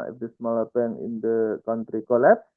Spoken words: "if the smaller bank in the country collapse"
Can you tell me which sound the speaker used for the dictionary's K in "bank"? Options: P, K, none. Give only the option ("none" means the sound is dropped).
none